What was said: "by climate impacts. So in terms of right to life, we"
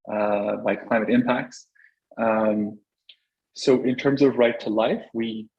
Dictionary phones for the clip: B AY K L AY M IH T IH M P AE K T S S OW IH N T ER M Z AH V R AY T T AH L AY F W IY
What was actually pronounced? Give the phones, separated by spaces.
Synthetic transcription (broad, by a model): B AY K L AY M IH T IH M P AE K T S S OW IH N T ER M Z AH V R AY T T AH L AY F W IY